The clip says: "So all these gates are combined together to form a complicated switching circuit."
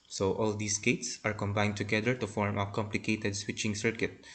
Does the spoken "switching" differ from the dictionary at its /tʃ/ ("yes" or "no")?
no